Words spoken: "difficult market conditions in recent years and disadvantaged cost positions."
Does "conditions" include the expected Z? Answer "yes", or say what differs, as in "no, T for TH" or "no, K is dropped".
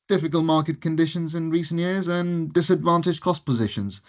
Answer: yes